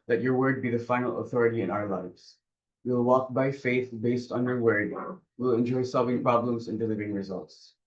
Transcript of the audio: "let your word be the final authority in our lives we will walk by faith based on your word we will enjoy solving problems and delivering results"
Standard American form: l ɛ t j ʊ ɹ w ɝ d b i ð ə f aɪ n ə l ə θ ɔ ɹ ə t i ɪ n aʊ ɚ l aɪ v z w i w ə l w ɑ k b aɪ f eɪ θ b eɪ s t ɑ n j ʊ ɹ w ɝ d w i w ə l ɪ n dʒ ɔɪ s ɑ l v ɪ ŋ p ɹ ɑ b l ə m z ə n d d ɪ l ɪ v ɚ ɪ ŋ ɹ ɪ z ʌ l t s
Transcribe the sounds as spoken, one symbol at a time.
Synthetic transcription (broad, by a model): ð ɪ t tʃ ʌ ɹ w ɝ d b i ð ə f aɪ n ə l ə θ ɔ ɹ ə t i ɪ n aʊ ɚ l aɪ v z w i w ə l w ɑ k b aɪ f eɪ θ b eɪ s t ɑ n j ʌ ɹ w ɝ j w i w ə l ɪ n dʒ ɔɪ s ɑ l v ɪ ŋ p ɹ ɑ b l ə m z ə n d d ɪ l ɪ v ɚ ɪ ŋ ɹ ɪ z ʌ l t s